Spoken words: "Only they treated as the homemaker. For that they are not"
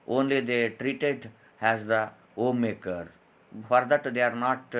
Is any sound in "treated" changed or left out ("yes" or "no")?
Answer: no